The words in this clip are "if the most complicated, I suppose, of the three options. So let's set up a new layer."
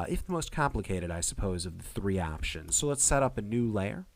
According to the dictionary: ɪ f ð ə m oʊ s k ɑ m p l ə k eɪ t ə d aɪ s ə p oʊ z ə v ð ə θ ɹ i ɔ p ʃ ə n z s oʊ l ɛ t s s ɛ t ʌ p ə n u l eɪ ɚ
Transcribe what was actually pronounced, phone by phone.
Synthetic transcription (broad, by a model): ɪ f ð ə m oʊ s k ɑ m p l ə k eɪ t ə d aɪ s ə p oʊ z ə v ð ə θ ɹ i ɔ p ʃ ə n z s oʊ l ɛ t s s ɛ t ʌ p ə n u l eɪ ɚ